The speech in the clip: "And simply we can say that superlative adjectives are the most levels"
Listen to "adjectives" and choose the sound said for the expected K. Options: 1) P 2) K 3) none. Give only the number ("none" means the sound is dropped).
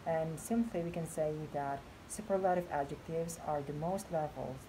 2